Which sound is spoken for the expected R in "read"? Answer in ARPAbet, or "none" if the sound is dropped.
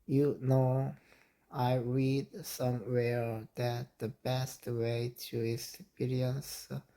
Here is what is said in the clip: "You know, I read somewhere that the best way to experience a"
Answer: R